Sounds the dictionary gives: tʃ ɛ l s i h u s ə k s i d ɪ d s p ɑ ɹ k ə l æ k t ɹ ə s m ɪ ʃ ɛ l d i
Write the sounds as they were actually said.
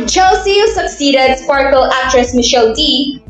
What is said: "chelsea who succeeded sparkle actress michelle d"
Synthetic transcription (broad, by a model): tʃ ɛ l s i s ə k s i d ɪ d s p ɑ ɹ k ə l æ k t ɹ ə s m ɪ ʃ ɛ l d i